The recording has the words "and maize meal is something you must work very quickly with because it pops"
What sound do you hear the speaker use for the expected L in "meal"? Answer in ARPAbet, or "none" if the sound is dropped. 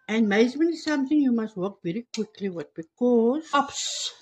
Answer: N